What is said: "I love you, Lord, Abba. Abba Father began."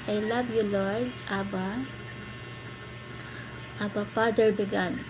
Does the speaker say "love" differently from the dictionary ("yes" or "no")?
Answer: yes